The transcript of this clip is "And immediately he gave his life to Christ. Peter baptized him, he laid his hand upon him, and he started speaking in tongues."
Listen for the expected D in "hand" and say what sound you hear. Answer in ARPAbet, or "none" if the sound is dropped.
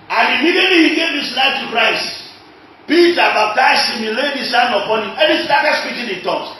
none